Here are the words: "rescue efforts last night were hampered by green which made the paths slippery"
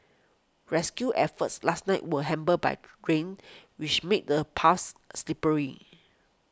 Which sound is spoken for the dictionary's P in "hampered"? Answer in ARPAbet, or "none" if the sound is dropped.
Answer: B